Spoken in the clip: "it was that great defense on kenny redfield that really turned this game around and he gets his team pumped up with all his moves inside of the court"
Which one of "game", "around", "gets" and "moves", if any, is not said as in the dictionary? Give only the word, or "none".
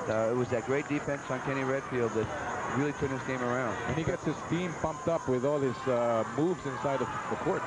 none